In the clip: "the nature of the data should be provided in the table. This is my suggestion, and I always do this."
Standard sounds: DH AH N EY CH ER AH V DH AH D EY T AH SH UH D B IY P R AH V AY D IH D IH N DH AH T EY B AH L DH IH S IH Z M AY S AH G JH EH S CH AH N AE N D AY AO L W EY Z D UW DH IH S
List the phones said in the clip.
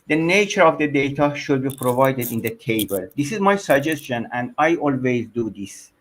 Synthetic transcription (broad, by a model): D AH N EY CH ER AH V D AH D EY T AH SH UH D B IY P R AH V AY D IH D IH N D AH T EY B AH L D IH S IH Z M AY S AH G JH EH S CH AH N AE N D AY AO L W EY Z D UW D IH S